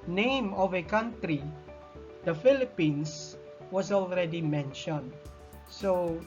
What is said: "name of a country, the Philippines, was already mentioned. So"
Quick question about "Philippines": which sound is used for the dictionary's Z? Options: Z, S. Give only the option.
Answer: S